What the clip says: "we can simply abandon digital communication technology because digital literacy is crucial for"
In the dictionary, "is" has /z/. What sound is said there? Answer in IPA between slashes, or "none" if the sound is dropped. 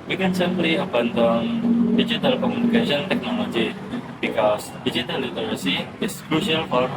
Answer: /s/